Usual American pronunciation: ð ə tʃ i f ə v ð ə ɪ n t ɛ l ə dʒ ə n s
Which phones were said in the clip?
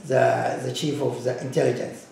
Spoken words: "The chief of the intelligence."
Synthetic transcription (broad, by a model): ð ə tʃ i f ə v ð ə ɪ n t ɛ l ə dʒ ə n s